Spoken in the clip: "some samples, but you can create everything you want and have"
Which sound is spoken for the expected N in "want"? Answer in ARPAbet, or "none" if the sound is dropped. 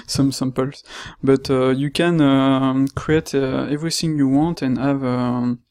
N